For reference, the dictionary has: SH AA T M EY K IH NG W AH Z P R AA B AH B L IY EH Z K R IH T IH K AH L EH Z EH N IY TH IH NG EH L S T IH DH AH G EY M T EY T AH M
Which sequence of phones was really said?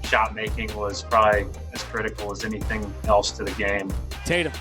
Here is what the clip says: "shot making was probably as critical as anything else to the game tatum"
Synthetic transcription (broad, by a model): SH AA T M EY K IH NG W AH Z P R AA B AH B L IY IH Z K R IH T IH K L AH Z EH N IY TH IH NG EH L S T IH DH AH G EY M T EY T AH